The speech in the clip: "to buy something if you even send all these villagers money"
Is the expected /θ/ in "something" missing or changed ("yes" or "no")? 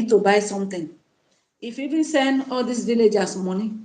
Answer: yes